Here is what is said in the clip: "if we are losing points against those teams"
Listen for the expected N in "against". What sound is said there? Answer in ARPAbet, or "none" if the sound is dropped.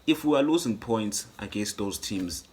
N